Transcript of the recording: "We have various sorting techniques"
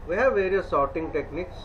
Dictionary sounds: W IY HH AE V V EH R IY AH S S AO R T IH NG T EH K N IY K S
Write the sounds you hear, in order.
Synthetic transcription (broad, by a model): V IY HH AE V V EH R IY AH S S AO R T IH NG T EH K N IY K S